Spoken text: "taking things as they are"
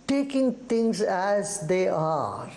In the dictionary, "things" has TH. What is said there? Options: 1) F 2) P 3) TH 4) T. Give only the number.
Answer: 4